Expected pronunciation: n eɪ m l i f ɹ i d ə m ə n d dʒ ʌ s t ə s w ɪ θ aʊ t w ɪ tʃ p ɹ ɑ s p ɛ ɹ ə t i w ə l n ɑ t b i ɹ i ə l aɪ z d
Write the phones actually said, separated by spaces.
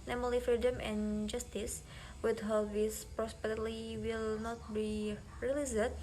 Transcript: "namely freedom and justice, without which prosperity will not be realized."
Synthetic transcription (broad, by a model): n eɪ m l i f ɹ i d ə m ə n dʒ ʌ s t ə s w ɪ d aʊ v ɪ s p ɹ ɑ s p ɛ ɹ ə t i w ə l n ɑ t b i ɹ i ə l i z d